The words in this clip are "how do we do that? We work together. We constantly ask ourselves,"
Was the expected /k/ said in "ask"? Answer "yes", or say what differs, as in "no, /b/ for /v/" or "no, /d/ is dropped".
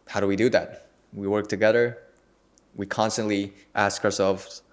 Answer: yes